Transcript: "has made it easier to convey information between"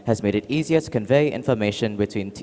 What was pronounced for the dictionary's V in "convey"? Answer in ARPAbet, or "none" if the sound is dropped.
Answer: V